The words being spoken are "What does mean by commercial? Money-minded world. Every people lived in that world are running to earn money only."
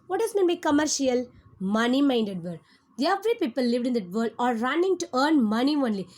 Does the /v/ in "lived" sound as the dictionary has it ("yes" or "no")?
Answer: yes